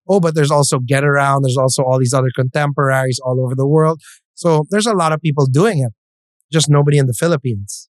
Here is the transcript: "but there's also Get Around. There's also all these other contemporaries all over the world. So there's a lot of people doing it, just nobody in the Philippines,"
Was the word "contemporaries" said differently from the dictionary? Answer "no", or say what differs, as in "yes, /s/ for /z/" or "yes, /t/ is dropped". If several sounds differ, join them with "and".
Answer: no